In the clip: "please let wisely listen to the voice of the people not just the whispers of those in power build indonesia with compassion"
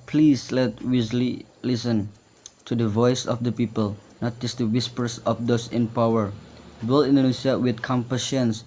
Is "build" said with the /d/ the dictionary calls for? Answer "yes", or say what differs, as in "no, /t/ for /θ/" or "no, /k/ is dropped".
no, /d/ is dropped